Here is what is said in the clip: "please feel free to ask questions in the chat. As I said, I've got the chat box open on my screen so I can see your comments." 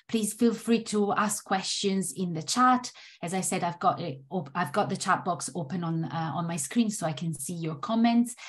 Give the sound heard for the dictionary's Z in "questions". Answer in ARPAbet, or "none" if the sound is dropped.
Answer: Z